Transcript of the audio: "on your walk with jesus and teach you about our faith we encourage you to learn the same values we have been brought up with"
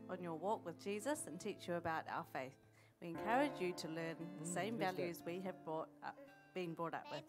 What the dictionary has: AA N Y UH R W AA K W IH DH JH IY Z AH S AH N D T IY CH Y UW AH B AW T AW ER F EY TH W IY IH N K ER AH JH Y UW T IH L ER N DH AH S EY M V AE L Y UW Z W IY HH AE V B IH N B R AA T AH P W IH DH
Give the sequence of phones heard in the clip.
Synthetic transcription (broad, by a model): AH N Y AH R W AA K W IH DH JH IY Z AH S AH N T IY CH Y AH B AW T AW ER F EY TH W IY IH N K ER AH JH Y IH T IH L ER N DH AH S EY M V AE L Y UW Z W IY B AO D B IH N B R AA T AH P W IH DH